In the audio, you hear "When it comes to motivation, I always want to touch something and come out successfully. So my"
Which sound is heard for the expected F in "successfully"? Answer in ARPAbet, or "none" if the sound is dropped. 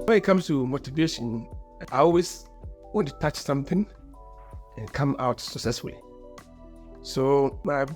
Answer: F